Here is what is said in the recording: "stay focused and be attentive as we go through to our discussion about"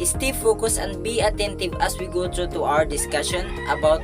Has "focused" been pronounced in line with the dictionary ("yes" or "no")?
no